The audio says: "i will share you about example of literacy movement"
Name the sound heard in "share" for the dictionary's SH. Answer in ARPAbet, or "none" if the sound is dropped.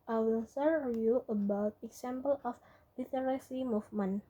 S